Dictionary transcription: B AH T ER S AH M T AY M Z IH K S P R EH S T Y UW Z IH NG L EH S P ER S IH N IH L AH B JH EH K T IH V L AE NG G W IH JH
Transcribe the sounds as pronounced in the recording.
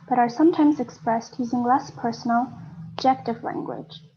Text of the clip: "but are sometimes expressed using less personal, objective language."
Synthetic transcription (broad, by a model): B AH T ER S AH M T AY M Z IH K S P R EH S T Y UW Z IH NG L EH S P ER S N L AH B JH EH K T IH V L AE NG G W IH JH